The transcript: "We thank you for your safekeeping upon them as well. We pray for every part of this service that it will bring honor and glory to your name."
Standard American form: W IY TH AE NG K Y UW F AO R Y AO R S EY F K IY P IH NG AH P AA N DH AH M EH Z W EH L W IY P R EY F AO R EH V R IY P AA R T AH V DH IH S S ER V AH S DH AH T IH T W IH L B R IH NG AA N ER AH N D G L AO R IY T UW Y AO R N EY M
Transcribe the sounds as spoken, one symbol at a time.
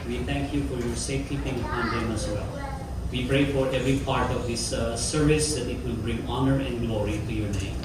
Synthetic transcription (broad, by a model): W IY T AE NG K Y UW F AO R Y AO R S EY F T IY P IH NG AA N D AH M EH S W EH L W IY P R EY F AO R EH V R IY P AA R T AH V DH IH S S ER V AH S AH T IH T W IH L B R IH NG AA N ER AH N D G L AO R IY T UW Y AO R N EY M